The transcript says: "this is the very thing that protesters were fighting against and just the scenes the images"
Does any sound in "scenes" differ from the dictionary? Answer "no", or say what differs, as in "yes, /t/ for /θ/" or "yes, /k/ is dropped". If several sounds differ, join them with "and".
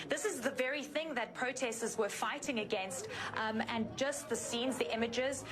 no